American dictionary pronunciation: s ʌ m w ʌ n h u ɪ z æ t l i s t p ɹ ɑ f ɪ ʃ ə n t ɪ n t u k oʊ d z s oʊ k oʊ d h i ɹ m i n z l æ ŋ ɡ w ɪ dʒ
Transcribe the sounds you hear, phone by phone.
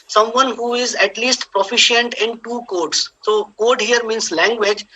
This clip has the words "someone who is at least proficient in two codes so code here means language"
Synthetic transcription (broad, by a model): s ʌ m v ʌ n h u ɪ z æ t l i s t p ɹ ɑ f ɪ ʃ ə n t ɪ n t u k oʊ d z s oʊ k oʊ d h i ɹ m i n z l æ ŋ ɡ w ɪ dʒ